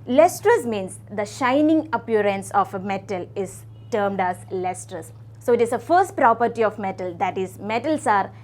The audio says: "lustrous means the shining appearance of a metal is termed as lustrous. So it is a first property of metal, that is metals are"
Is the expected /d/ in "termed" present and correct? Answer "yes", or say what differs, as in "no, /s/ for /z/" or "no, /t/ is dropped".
yes